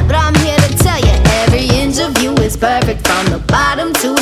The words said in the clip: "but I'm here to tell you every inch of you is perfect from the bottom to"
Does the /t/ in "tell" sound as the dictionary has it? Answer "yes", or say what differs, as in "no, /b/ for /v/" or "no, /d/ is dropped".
yes